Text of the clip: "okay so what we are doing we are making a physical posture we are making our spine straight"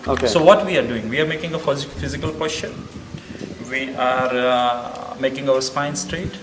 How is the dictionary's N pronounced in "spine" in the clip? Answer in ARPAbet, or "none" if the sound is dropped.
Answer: N